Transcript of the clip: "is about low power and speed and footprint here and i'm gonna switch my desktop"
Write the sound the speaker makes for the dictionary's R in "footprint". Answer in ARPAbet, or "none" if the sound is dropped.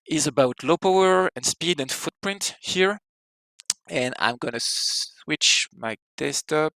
R